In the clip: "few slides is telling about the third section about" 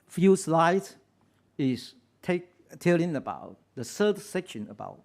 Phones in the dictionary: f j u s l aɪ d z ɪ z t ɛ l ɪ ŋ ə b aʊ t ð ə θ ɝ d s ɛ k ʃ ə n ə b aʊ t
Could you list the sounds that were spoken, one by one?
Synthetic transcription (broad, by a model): f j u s l aɪ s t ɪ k t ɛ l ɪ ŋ ə b aʊ t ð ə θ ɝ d s ɛ k ʃ ə n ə b aʊ t